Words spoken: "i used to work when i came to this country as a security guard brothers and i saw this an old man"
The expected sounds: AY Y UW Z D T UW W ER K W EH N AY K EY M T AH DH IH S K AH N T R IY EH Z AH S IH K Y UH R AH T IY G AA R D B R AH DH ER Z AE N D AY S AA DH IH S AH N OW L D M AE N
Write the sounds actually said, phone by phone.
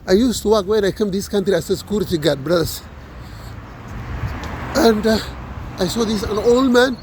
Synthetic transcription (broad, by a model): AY Y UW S T UW W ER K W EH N AY K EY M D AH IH S K AH N T R IY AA S AH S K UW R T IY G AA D B R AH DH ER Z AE N D AY S AA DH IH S AH N OW L D M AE N